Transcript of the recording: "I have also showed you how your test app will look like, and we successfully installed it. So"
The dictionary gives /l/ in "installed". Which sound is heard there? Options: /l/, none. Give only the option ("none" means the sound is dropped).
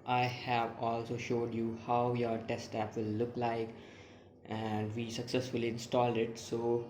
/l/